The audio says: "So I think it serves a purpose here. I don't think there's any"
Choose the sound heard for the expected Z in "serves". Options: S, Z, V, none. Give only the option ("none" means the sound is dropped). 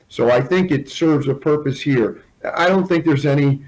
Z